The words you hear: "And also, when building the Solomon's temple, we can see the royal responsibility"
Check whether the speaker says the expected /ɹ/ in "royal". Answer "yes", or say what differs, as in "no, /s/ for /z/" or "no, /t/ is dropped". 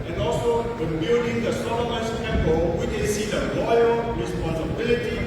no, /l/ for /ɹ/